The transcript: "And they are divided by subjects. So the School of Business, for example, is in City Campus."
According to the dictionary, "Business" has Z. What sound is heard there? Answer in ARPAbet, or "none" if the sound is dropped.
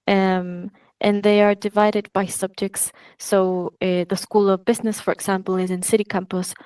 Z